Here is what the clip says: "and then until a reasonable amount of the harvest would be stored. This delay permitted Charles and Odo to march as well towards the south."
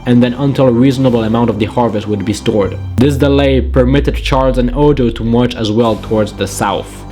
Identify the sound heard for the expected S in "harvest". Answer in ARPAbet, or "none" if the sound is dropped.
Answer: S